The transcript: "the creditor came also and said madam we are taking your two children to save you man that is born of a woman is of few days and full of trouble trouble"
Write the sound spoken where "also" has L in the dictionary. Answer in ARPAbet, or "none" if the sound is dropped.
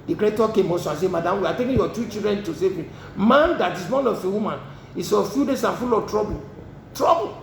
none